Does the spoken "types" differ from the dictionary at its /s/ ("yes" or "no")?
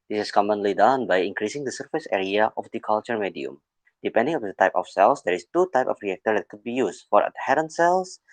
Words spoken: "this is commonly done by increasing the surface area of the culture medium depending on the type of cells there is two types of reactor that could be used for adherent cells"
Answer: yes